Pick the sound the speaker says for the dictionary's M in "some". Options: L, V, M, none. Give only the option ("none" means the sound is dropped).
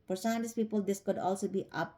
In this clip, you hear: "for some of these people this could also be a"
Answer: none